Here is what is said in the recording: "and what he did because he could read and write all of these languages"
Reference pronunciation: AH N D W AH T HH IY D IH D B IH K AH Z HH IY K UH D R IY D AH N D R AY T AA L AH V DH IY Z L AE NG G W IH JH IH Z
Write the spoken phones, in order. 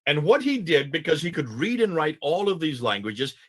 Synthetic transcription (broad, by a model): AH N W AH T HH IY D IH D B IH K AH Z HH IY K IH D R IY D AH N R AY T AA L AH V DH IY Z L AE NG G W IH JH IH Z